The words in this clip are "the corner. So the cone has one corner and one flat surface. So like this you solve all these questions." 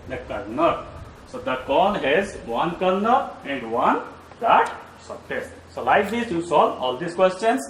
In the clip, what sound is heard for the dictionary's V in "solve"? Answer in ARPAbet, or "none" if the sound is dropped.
none